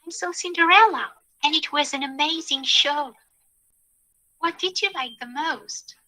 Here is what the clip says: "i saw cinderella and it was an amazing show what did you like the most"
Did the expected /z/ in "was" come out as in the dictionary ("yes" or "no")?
yes